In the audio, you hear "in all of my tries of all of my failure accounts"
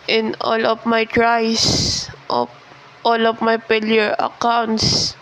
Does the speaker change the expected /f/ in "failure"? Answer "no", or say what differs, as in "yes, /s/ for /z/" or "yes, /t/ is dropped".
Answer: yes, /p/ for /f/